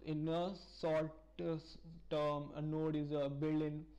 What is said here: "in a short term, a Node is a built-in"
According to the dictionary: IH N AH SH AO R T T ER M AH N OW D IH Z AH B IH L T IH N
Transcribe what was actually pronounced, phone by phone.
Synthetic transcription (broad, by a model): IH N AH S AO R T T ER M AH N OW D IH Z AH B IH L IH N